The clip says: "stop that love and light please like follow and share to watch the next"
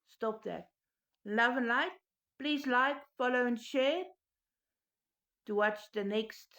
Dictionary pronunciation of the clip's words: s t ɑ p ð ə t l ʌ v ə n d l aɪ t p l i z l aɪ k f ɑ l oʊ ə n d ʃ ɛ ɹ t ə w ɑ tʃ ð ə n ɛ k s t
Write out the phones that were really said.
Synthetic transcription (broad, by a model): s t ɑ p ð ə t l ʌ v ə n l aɪ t p l i z l aɪ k f ɑ l oʊ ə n ʃ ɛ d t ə w ɑ tʃ ð ə n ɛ k s t